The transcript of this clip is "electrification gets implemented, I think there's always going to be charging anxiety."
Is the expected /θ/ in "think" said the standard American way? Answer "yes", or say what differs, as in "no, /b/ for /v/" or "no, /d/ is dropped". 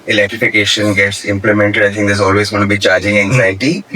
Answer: no, /t/ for /θ/